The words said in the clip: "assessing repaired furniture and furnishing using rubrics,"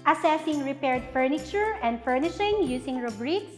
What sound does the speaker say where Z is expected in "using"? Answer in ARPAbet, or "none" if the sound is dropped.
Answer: S